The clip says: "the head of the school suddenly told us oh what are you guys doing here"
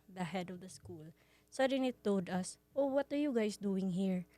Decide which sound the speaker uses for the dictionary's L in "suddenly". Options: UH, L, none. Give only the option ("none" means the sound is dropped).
none